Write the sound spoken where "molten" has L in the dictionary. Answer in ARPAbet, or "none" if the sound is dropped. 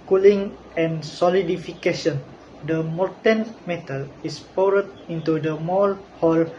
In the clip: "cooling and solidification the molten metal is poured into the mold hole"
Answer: none